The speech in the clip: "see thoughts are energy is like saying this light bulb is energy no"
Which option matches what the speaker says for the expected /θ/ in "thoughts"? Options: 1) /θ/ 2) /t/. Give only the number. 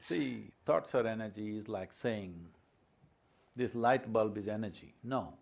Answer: 2